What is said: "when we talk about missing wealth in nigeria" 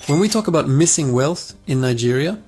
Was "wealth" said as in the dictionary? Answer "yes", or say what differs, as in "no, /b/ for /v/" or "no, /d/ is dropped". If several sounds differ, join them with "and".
yes